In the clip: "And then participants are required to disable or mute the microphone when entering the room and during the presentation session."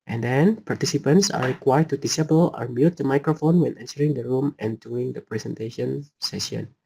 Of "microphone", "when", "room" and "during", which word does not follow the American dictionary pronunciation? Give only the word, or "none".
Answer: during